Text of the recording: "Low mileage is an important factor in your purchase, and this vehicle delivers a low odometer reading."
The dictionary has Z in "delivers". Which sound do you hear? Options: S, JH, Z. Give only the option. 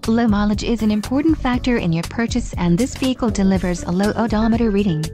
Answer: Z